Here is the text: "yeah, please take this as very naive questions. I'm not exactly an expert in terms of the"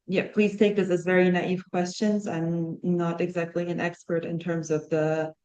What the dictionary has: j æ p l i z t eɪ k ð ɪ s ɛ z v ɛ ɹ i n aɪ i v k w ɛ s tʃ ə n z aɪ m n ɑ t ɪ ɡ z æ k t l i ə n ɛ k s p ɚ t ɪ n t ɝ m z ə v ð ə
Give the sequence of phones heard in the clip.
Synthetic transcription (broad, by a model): j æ p l i z t eɪ k ð ɪ s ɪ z v ɛ ɹ i n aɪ i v k w ɛ s tʃ ə n z aɪ m n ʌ t ɪ ɡ z æ k t l i ə n ɛ k s p ɚ t ɪ n t ɝ m z ə v ð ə